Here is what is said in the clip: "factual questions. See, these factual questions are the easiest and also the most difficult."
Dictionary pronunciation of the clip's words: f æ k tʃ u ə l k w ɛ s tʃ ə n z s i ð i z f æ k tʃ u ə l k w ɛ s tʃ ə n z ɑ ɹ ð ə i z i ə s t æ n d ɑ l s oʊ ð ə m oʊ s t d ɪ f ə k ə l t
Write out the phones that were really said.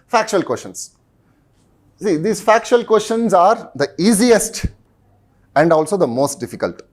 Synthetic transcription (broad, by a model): f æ k tʃ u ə l k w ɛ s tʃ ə n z s i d i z f æ k tʃ u ə l k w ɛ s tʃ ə n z ɑ ɹ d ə i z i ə s t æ n d ɑ l s oʊ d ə m oʊ s t d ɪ f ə k ə l t